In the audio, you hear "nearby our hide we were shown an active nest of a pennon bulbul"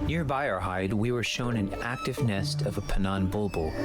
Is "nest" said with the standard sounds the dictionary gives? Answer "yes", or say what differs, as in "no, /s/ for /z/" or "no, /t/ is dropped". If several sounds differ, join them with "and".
yes